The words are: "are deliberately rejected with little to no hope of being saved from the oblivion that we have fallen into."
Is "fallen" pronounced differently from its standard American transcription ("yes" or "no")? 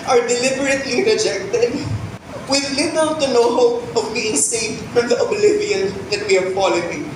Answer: yes